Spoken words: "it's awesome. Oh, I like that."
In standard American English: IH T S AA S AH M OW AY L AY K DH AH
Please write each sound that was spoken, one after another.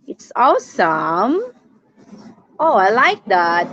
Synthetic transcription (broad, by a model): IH T S AA S AH M OW AY L AY K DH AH